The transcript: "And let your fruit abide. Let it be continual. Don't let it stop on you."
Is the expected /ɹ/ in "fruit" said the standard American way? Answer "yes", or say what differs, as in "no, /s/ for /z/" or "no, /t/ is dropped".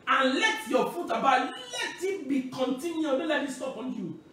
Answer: no, /ɹ/ is dropped